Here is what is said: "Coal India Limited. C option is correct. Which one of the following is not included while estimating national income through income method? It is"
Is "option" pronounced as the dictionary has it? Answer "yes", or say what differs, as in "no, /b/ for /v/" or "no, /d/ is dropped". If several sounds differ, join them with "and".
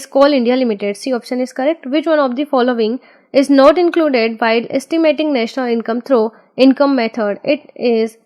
yes